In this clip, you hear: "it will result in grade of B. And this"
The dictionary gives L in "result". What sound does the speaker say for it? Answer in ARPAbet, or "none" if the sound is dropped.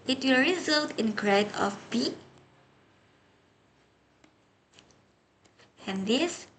L